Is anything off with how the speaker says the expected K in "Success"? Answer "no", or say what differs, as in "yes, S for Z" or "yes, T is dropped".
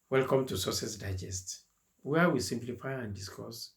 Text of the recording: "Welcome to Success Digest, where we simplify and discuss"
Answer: yes, K is dropped